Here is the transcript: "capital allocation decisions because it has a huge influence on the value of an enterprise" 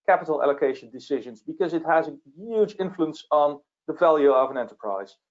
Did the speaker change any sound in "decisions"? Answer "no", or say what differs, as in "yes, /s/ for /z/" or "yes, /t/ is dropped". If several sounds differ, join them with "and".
no